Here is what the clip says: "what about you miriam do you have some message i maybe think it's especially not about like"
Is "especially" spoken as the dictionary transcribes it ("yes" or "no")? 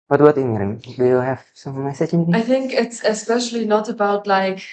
yes